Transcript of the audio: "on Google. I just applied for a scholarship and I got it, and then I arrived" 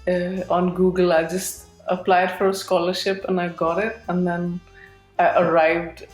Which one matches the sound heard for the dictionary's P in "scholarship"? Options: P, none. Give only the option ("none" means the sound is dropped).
P